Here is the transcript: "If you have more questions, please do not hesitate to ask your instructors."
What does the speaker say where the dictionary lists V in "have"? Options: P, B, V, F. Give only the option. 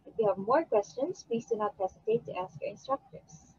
V